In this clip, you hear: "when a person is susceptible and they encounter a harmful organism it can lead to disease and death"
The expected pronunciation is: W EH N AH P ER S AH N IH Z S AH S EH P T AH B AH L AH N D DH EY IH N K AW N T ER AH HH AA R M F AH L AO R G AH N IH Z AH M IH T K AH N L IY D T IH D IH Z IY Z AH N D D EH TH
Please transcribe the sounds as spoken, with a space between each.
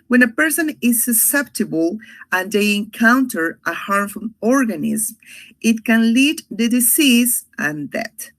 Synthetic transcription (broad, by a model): W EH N AH P ER S AH N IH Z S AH S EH P T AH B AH L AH N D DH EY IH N K AW N T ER AH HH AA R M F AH N AO R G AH N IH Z M IH T K AH N L IY D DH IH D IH S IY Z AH N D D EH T